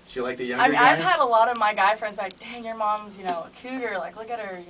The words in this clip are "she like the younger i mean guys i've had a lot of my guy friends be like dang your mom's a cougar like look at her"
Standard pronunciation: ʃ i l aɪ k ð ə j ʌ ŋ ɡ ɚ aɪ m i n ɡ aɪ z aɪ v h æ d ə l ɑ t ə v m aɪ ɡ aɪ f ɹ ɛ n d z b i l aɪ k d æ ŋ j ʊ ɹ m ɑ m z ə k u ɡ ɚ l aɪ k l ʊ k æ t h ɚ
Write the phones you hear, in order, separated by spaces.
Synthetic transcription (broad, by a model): ʃ i l aɪ k ð ə j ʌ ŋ aɪ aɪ ɪ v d ə l ɑ t ə v m aɪ ɡ aɪ f ɹ ɛ n d z l aɪ k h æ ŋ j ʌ ɹ m ɑ m z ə k u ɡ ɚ l aɪ k l ʊ k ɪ t h ɚ